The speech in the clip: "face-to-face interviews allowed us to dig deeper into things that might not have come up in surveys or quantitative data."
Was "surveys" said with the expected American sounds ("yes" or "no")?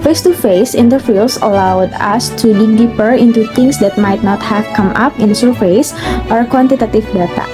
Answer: no